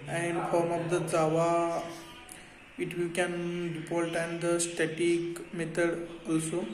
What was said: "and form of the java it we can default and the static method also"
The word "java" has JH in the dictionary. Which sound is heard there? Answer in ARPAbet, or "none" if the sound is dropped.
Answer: Z